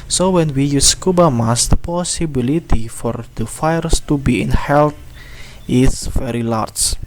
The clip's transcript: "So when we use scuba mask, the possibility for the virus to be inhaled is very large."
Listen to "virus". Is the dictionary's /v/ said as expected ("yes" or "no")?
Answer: no